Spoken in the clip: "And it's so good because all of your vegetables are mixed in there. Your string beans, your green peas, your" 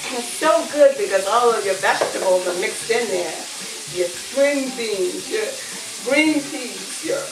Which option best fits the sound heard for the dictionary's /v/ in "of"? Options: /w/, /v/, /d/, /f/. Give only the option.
/v/